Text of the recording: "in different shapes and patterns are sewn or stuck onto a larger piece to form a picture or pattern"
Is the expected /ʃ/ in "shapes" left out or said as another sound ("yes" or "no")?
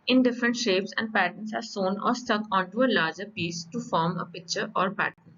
no